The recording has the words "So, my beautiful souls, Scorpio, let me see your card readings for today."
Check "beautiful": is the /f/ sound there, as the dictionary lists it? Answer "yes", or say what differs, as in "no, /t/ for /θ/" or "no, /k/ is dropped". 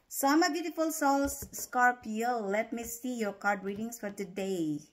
yes